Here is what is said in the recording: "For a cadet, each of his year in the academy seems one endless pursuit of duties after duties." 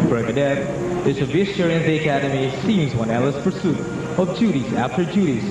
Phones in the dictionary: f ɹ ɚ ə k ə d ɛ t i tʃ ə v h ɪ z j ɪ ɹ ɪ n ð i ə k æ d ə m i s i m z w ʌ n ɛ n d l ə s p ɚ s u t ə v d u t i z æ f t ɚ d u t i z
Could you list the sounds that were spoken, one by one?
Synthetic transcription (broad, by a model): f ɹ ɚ ə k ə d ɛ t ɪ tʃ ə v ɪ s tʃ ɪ ɹ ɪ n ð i ə k æ d ə m i s i m z w ʌ n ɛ l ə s p ɚ s u t ə v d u t i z æ f t ɚ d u t i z